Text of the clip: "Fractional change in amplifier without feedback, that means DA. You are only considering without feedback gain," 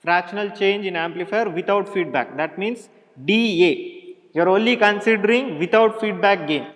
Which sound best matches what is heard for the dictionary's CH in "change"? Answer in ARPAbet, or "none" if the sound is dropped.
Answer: CH